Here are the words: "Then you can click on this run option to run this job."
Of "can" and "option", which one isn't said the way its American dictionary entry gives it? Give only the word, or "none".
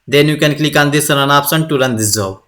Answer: option